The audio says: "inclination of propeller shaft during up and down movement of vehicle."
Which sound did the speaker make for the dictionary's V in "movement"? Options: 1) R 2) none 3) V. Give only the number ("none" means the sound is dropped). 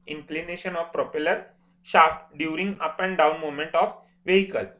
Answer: 2